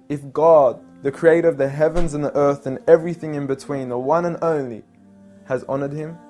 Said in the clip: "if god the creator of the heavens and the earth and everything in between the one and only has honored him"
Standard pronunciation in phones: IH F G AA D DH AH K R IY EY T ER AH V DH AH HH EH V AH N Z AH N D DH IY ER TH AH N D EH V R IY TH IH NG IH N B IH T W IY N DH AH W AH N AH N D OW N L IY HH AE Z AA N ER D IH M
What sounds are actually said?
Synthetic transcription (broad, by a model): IH F G AA D DH AH K R IY EY T ER AH V DH AH HH EH V AH N Z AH N DH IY ER TH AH N EH V R IY TH IH NG IH N B IH T W IY N DH AH W AH N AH N OW N L IY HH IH Z AA N ER D IH M